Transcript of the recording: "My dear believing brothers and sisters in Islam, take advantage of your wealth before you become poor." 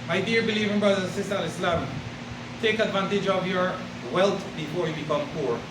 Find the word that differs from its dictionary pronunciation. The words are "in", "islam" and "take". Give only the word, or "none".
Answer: in